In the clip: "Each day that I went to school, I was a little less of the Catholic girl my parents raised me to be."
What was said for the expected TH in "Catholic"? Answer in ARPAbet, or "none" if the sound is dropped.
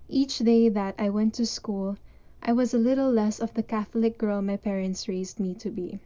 TH